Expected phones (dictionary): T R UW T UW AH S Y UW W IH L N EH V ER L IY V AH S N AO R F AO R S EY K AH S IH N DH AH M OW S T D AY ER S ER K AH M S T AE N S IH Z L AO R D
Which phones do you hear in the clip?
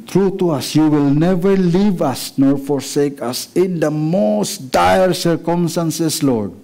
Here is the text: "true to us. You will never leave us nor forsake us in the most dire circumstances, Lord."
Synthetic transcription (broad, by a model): T R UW T UW AH S Y UW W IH L N EH V ER L IY V AH S N AO R F AO R S EY K AH S IH N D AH M OW S T D AY ER S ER K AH M S T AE N S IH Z L AO R D